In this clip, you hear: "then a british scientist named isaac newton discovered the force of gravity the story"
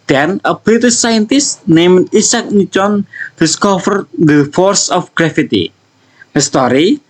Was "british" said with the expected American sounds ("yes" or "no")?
no